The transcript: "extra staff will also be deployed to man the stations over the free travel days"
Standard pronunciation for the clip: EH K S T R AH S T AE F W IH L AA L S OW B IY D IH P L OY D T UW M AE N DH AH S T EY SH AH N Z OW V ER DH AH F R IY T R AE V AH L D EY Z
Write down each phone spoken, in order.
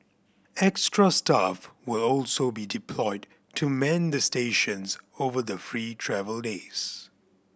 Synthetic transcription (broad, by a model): EH K S T R AH S T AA F W IH L AA L S OW B IY D IH P L OY D T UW M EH N DH AH S T EY SH AH N Z OW V ER DH AH F R IY T R AE V AH L D EY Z